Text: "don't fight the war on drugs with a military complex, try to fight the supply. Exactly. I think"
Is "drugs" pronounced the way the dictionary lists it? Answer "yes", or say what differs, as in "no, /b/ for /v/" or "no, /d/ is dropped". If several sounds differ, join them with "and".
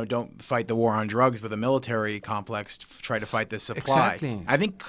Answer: yes